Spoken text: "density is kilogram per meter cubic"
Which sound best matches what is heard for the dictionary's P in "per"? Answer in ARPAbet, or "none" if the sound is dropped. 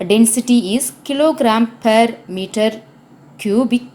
P